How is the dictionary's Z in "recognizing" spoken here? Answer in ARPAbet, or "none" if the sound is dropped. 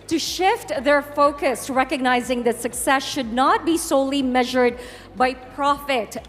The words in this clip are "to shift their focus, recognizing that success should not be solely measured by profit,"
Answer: Z